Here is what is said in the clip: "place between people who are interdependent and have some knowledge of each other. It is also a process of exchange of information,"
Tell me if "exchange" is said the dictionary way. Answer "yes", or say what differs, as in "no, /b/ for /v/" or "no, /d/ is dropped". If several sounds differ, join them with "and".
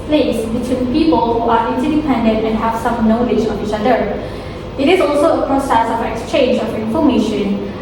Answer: yes